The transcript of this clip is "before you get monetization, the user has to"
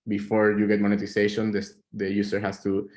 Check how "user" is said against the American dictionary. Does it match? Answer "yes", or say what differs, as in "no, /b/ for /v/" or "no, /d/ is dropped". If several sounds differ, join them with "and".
no, /s/ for /z/